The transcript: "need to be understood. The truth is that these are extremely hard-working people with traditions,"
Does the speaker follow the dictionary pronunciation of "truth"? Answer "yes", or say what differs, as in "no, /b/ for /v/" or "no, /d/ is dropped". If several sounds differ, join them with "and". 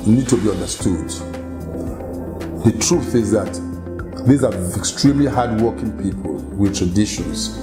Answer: yes